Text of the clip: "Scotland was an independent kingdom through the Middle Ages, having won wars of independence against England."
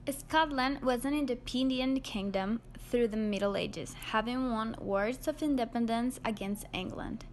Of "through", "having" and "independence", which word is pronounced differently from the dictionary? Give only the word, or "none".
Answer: none